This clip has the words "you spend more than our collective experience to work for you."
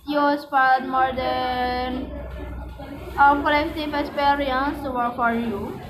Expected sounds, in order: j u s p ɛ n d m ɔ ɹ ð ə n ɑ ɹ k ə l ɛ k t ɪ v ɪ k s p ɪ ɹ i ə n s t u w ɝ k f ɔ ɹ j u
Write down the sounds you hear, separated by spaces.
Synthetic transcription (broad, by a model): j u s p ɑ d m ɔ ɹ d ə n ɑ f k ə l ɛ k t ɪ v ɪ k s p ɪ ɹ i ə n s t u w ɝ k f ɔ ɹ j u